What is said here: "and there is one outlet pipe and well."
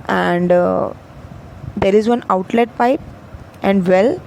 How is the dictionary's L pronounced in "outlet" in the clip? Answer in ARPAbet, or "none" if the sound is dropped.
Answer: L